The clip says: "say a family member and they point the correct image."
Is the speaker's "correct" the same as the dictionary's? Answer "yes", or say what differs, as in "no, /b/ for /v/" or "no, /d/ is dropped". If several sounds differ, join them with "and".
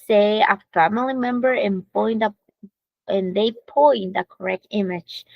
yes